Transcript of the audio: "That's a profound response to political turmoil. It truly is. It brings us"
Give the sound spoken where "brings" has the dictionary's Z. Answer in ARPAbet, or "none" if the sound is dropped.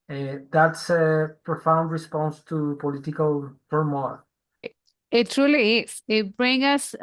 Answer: none